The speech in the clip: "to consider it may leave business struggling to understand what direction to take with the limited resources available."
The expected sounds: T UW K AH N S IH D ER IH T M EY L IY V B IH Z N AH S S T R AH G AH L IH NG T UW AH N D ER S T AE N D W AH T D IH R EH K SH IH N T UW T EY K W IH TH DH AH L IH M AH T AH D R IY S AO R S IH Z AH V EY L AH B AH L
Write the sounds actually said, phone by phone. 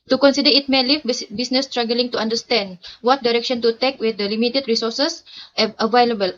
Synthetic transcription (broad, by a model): T UW K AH N S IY D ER IH T M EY L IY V B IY S N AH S S T R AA G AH L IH NG T UW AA N D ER S T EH N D W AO T D IH R EH K SH IH N T UW T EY K W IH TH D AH L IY M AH T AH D R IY S AO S S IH AH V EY L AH B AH L